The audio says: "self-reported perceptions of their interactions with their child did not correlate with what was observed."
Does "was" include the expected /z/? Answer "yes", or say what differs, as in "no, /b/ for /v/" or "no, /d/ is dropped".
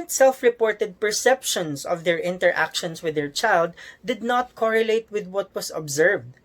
no, /s/ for /z/